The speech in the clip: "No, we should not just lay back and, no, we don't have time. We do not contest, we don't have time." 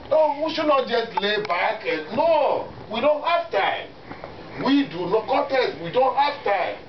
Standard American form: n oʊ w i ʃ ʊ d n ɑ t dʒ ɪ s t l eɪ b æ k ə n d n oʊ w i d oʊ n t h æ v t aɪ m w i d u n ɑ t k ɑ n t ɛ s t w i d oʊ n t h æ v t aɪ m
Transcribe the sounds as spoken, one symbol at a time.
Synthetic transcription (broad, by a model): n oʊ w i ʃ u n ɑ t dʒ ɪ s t l eɪ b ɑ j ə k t n oʊ w i d oʊ n t h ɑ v t aɪ m w i d u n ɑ k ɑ t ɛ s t w i d oʊ n t h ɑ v t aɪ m